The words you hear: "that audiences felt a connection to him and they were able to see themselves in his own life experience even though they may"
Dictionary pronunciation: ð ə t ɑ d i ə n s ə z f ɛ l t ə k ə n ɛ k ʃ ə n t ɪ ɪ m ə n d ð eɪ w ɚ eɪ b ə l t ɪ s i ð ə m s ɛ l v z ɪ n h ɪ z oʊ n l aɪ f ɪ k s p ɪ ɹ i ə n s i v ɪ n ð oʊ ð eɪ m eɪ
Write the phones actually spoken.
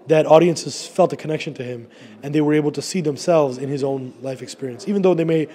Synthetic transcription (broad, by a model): ð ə t ɑ d i ə n s ə z f ɛ l t ə k ə n ɛ k ʃ ə n t ɪ ɪ m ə n ð eɪ w ɚ eɪ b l t ɪ s i ð ə m s ɛ l v z ɪ n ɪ z oʊ n l aɪ f ɪ k s p ɪ ɹ i ə n s i v ɪ n ð oʊ ð eɪ m eɪ